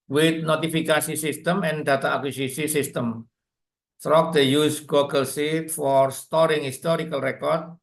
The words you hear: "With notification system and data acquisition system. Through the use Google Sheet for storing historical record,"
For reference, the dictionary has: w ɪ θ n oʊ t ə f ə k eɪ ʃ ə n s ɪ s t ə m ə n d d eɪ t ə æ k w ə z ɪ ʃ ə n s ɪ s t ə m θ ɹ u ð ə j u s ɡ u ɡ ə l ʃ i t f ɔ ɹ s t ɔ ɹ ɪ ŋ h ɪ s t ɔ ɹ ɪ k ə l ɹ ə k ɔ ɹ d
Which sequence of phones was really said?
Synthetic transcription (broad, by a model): w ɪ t n oʊ t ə f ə k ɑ s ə s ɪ s t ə m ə n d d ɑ t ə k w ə s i s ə s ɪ s t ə m t ɹ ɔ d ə j u s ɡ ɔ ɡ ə l s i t f ɔ ɹ s t ɔ ɹ ɪ ŋ h ɪ s t ɔ ɹ ɪ k ə l ɹ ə k ɔ ɹ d